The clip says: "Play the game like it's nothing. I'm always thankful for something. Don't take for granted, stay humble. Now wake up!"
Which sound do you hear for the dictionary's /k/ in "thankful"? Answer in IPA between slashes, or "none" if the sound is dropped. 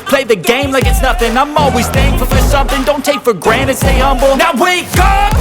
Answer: none